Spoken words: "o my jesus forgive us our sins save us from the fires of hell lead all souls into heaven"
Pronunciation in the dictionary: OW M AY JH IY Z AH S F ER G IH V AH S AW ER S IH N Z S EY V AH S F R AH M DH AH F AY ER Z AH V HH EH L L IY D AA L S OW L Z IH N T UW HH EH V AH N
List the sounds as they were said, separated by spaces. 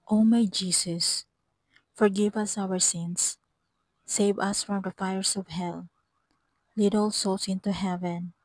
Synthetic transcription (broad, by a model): OW M AY JH IY S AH S F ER G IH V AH S AW ER S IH N S EY V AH S F R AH M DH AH F AY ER S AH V HH EH L L IY D AA L S OW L S IH N T UW HH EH V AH N